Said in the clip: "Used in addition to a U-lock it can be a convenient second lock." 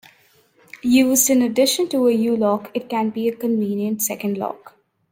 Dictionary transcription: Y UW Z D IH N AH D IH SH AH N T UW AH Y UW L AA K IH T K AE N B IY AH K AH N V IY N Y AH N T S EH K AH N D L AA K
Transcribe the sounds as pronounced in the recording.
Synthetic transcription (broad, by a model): Y UW Z D IH N AH D IH SH AH N T UW AH Y UW L AA K IH T K AE N B IY AH K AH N V IY N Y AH N T S EH K AH N D L AA K